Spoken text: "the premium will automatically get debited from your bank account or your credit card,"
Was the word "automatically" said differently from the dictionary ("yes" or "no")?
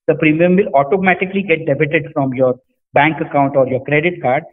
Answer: no